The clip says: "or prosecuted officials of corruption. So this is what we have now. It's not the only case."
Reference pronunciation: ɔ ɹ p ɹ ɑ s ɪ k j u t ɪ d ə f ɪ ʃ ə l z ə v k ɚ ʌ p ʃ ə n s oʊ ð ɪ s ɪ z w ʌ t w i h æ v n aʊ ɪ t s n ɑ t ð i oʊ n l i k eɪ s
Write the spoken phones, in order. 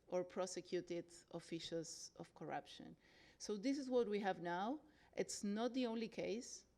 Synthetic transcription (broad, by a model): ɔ ɹ p ɹ ɑ s ɪ k j u t ɪ d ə f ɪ ʃ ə l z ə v k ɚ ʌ p ʃ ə n s oʊ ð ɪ s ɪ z w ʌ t w i h æ v n aʊ ɪ t s n ɑ t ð i oʊ n l i k eɪ s